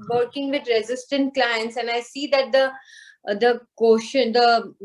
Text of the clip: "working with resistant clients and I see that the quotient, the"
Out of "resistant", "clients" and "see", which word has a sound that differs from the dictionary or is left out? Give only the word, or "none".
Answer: none